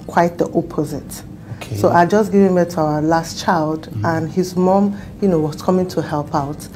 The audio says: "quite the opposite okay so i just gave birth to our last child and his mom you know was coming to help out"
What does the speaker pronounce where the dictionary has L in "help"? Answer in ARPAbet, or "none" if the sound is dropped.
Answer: L